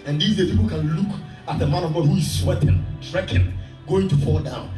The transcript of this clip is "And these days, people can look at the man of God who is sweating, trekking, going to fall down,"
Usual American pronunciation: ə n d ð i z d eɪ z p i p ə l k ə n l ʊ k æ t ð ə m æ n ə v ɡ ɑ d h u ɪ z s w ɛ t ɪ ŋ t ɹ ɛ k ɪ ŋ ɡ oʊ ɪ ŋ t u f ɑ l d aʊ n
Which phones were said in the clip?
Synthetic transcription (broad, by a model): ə n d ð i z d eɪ p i p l k ə n l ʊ k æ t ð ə m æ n ə v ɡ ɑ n h u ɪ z s w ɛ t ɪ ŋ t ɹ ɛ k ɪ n ɡ oʊ ɪ ŋ t u f ɑ l d aʊ n